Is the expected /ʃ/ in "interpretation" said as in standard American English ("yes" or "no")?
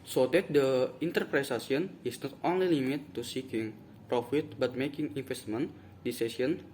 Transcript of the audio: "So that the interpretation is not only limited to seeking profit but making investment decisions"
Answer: no